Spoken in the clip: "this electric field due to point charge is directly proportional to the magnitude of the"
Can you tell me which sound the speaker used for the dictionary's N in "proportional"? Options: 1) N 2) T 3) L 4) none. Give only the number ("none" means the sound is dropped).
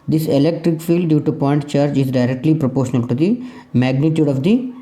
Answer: 1